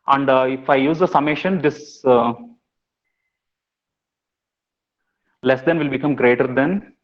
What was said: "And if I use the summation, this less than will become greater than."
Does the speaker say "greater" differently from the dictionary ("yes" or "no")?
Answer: no